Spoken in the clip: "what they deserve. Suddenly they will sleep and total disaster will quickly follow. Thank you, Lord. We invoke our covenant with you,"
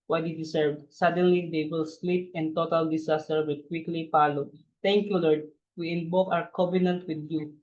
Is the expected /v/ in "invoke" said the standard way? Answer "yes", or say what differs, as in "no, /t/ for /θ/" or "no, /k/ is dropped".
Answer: no, /b/ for /v/